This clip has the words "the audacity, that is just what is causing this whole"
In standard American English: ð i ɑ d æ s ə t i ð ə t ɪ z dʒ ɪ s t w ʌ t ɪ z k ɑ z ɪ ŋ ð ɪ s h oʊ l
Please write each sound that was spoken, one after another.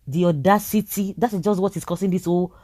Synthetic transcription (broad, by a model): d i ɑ d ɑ s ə t i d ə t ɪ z dʒ ɪ s t w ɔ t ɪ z k ɑ s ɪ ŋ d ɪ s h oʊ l